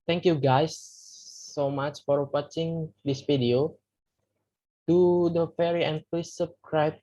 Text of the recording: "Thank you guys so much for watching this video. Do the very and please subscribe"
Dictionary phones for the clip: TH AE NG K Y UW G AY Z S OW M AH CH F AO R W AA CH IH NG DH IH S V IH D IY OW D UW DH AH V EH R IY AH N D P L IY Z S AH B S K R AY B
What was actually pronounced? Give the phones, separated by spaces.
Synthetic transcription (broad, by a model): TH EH NG K Y UW G AY S OW M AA CH F AO R W AA CH IH NG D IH S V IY D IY OW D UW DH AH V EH R IY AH N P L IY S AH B S K R AY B